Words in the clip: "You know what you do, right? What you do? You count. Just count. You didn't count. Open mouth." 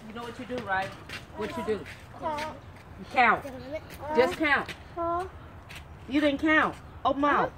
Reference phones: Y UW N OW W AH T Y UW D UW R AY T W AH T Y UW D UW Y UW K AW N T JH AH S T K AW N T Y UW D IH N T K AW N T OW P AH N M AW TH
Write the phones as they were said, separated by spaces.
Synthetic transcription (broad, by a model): Y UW N OW W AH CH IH D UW R AY T W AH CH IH D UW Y K AW N T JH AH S K AW N T Y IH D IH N K AW N T OW AH M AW